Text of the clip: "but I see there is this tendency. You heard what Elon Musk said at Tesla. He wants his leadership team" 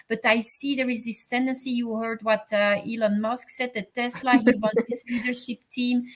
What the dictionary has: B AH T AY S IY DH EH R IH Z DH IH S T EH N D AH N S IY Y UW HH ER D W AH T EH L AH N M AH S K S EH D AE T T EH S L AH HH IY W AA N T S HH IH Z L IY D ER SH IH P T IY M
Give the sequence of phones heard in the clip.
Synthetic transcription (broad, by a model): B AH T AY S IY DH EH R IH Z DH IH S T EH N D AH N S IY Y UW HH ER D W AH T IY L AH N M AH S K S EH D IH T T EH S L AH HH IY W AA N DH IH S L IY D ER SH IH P T IY M